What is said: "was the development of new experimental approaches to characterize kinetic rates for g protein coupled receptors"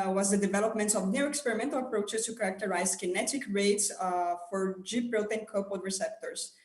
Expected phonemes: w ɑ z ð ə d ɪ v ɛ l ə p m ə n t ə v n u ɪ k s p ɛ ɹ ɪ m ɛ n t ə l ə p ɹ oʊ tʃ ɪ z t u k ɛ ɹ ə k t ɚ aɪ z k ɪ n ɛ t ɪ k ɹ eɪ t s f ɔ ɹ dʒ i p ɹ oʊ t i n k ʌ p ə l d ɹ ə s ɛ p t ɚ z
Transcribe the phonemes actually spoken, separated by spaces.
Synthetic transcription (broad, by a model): w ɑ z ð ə d ɪ v ɛ l ə p m ə n t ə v n u ɪ k s p ɛ ɹ ɪ m ɛ n t ə l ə p ɹ oʊ tʃ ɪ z t u k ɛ ɹ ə k t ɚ aɪ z k ɪ n ɛ t ɪ k ɹ eɪ t s f ɔ ɹ dʒ i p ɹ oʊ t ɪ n k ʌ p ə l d ɹ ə s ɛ p t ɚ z